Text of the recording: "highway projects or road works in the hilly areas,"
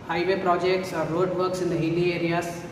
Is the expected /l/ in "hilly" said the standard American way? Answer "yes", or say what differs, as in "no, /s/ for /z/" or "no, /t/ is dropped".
no, /n/ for /l/